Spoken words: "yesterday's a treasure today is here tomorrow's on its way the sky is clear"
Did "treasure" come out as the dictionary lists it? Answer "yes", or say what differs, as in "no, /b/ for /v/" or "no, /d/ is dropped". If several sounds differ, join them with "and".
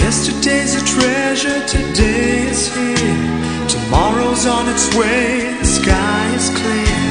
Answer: yes